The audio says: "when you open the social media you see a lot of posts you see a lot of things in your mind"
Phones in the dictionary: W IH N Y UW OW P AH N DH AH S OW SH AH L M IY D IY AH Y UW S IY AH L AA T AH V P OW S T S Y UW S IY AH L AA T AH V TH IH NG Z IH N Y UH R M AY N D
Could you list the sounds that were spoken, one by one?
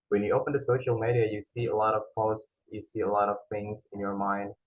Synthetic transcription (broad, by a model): W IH N Y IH OW P AH N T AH S OW SH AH L M IY D IY AH Y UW S IY AH L AA T AH V P OW S T S Y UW S IY AH L AA T AH V TH IH NG Z IH N Y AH R M AY N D